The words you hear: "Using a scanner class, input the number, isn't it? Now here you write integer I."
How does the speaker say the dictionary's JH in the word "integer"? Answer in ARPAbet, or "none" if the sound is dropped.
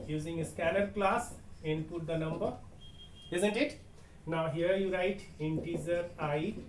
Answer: Z